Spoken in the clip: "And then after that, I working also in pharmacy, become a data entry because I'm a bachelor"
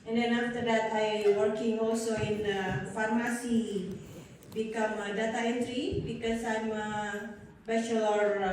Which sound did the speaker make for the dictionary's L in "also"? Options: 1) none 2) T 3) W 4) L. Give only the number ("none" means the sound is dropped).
4